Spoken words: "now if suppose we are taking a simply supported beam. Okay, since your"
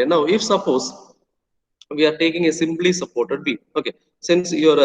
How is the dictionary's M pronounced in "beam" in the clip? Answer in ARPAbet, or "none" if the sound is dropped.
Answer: none